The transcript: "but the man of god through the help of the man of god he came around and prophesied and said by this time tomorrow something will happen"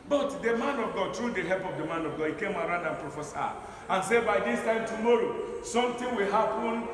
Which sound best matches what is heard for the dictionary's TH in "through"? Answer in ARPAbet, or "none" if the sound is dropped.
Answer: T